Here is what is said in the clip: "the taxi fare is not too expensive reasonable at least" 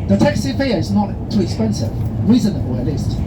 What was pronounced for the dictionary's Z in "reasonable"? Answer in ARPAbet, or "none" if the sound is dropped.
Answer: Z